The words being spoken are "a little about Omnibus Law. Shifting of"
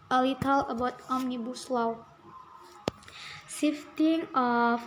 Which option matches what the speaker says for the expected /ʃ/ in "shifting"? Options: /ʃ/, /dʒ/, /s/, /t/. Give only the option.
/s/